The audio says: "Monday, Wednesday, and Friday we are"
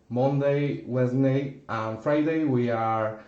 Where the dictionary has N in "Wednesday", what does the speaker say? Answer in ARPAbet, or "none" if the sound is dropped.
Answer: none